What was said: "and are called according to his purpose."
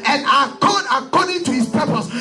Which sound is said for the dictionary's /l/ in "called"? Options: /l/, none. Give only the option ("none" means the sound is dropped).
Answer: none